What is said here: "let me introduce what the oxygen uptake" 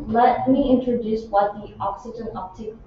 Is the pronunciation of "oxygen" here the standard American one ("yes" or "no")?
yes